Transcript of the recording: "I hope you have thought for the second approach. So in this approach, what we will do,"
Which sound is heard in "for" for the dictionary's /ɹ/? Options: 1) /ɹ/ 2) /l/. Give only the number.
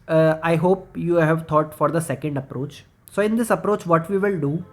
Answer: 1